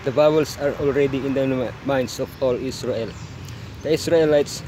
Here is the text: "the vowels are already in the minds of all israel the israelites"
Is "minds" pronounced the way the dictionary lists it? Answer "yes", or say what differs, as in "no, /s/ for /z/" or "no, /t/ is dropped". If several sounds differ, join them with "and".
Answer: no, /s/ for /z/